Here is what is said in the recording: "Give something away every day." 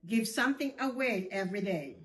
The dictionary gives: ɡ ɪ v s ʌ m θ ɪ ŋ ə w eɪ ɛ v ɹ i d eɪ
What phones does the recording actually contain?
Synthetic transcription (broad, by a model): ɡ ɪ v s ʌ m θ ɪ ŋ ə w eɪ ɛ v ɹ i d eɪ